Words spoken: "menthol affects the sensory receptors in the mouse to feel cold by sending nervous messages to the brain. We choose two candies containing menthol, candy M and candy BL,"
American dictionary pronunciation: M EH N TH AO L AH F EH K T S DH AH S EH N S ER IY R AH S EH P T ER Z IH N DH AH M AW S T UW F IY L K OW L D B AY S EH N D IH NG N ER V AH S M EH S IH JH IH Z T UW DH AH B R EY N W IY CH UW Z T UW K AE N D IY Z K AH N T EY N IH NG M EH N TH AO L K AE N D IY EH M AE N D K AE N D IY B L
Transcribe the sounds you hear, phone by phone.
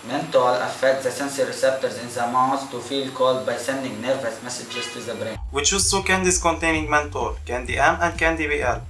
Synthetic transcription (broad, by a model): M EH N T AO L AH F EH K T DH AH S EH N S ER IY R AH S EH P T ER Z IH N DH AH M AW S T UW F IY L K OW L D B AY S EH N D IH NG N ER V AH S M EH S IH JH IH Z T UW DH AH B R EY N W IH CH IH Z S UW K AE N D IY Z K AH N T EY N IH NG M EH N T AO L K AE N D IY EH M AE N D K AE N D IY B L